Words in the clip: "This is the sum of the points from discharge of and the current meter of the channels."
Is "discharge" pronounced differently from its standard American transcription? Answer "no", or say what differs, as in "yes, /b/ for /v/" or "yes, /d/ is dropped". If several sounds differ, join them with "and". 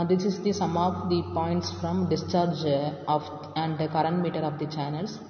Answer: no